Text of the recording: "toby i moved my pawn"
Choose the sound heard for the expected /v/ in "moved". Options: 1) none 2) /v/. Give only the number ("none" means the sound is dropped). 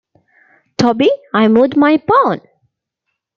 1